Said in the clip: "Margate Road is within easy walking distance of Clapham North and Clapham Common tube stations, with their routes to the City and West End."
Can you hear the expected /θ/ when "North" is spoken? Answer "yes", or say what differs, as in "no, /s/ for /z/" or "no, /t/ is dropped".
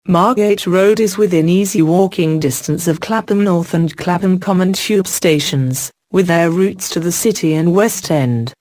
yes